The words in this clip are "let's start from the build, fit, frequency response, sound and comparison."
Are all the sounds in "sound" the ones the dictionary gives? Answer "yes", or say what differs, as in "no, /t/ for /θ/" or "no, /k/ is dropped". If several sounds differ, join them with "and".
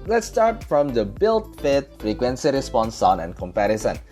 no, /d/ is dropped